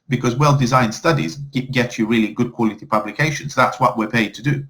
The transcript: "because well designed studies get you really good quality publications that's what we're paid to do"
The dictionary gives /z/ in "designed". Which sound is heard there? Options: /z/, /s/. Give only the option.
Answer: /z/